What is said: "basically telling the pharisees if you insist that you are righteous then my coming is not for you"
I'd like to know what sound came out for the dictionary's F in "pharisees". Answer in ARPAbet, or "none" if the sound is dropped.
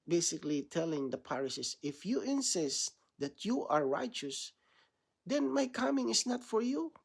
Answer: P